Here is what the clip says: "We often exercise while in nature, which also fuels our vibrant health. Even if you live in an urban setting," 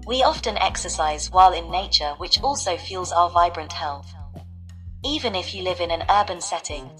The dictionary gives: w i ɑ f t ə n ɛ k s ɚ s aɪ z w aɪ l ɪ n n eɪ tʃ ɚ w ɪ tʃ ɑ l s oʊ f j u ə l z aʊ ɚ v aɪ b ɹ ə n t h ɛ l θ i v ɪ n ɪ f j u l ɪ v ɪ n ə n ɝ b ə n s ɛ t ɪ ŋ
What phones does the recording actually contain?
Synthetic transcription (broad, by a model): w i ɑ f t ə n ɛ k s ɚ s aɪ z w aɪ l ɪ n n eɪ tʃ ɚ w ɪ tʃ ɑ l s oʊ f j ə l z aʊ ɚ v aɪ b ɹ ə n t h ɛ l θ i v ɪ n ɪ f j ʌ l ɪ v ɪ n ə n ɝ b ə n s ɛ t ɪ ŋ